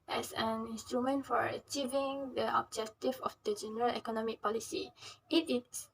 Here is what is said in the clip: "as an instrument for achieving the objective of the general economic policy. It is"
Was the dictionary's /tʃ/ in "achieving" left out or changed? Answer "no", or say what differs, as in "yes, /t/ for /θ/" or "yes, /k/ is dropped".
no